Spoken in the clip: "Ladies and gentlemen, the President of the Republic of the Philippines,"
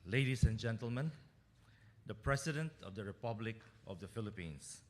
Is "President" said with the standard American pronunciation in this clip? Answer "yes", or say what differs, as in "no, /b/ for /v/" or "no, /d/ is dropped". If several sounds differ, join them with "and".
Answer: no, /s/ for /z/